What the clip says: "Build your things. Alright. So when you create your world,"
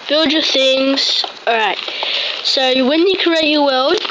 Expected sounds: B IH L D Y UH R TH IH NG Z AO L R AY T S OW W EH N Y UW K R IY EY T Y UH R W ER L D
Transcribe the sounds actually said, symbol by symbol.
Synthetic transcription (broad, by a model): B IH L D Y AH TH IH NG Z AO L R AY T S OW W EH N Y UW K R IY EY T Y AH W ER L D